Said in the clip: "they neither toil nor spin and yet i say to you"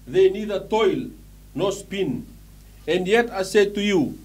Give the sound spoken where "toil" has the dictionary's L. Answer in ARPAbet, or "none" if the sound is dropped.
L